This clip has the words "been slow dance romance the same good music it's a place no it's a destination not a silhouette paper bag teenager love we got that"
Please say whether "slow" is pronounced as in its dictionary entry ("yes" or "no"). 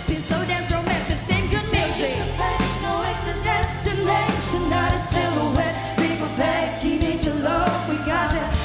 no